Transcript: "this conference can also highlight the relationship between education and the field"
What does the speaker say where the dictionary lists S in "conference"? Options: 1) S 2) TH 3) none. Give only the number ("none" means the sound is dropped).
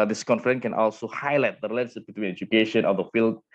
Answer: 3